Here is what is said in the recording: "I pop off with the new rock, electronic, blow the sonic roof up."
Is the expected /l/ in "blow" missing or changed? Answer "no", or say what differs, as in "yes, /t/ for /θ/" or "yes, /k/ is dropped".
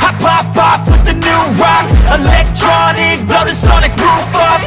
yes, /l/ is dropped